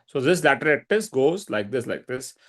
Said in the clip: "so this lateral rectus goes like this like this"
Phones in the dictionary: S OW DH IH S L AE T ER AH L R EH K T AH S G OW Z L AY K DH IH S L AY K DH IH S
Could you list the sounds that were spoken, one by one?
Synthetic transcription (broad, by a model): S OW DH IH S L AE T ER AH R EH T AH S G OW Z L AY K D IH S L AY K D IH S